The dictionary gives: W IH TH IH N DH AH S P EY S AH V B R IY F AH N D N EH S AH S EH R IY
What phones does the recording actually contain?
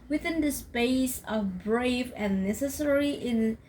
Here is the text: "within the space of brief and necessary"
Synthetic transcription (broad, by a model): W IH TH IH N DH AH S P EY S AH V B R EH AH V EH N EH S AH S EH R IY